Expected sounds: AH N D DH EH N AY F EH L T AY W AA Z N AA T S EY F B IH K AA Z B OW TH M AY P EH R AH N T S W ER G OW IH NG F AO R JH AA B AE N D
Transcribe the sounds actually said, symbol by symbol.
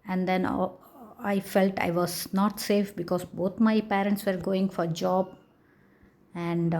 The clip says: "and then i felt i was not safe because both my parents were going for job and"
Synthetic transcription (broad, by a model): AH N D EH N AY F EH L T AY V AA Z N AA T S EY F B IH K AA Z B OW T M AY P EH R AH N T S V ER G OW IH NG F AO R JH AA B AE N D